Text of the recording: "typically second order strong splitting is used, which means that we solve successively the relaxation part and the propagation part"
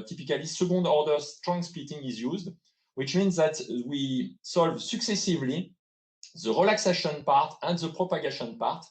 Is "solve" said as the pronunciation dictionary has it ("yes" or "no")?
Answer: yes